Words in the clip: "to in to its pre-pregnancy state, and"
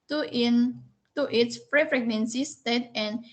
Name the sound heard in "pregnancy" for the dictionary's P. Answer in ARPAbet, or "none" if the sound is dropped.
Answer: F